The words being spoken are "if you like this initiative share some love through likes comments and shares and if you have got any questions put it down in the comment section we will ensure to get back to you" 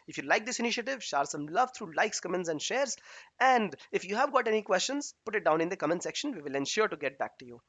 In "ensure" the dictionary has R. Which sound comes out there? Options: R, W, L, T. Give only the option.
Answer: R